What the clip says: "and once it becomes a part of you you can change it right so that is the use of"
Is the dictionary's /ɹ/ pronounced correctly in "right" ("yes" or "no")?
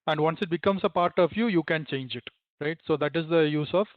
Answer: yes